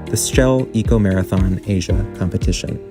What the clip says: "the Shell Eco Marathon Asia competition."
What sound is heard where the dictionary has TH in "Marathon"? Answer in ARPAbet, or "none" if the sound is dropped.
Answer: TH